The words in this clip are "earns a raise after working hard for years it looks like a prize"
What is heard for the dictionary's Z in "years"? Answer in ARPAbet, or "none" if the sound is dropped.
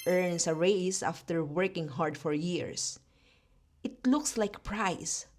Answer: S